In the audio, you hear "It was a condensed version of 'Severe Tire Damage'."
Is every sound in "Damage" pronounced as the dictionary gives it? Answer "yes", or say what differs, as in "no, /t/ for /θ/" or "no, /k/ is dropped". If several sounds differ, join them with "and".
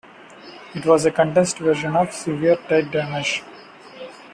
no, /ʃ/ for /dʒ/